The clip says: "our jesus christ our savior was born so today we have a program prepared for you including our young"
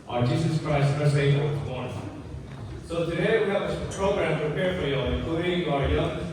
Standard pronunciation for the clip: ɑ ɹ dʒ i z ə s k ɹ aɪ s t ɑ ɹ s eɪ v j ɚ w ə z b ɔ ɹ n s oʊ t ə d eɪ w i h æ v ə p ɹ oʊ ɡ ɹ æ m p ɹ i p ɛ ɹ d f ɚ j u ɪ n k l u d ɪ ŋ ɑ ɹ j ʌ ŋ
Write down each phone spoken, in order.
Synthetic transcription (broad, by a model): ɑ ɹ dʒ i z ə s k ɹ aɪ s t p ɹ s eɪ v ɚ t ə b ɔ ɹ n s oʊ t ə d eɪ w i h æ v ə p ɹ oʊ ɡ ɹ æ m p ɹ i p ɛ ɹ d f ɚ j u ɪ k u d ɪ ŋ ɑ ɹ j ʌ